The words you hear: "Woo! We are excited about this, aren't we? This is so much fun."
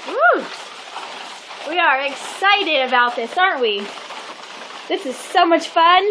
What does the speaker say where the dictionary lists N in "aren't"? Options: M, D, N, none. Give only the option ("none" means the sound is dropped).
N